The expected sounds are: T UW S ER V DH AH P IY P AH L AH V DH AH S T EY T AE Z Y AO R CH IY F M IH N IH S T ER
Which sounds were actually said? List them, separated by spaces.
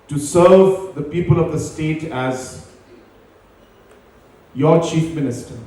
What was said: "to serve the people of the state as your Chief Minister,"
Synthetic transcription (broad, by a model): T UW S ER V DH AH P IY P AH L AH V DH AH S T EY T AE Z Y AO CH IY F M IH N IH S T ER